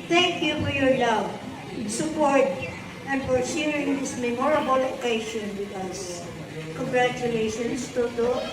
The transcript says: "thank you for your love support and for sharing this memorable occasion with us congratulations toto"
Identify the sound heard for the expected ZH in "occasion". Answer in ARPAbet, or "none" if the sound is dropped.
SH